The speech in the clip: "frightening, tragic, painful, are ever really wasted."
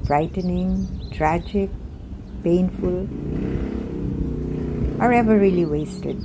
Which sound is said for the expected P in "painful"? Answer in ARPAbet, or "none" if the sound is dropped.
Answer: P